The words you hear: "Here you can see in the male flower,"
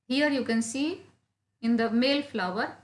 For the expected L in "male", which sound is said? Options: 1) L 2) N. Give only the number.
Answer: 1